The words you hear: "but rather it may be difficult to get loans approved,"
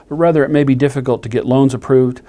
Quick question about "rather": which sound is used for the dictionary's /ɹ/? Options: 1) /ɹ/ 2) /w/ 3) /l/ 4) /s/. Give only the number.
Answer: 1